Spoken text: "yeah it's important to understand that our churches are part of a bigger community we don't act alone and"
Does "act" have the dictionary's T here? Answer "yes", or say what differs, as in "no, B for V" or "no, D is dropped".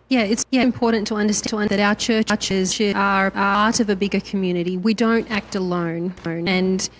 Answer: yes